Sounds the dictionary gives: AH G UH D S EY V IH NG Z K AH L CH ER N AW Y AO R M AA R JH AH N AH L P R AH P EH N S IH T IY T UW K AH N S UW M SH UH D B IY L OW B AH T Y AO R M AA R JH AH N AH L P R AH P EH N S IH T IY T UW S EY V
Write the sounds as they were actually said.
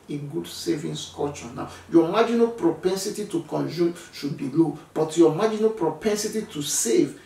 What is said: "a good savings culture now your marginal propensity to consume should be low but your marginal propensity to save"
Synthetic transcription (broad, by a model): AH G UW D S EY V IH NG S K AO CH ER N AW Y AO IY M AA JH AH N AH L P R AH P EH N S IH T IY T UW K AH N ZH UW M SH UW D B IY L OW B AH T Y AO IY M AA JH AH N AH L P R AH P EH N S IH T IY T UW S EY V